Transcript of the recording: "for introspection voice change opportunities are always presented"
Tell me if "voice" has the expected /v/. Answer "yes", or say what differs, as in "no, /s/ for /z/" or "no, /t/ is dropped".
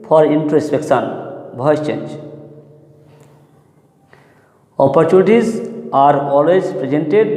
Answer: no, /b/ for /v/